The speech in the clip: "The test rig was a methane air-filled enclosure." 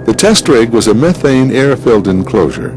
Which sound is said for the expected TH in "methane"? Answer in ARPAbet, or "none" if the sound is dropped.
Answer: TH